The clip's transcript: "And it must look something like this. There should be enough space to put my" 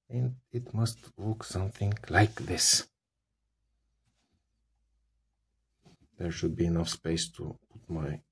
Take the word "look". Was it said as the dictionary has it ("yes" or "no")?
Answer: no